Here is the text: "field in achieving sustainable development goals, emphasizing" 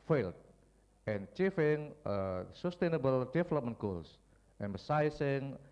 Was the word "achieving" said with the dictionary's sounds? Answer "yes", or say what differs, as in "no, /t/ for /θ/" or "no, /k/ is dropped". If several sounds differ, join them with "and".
no, /f/ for /v/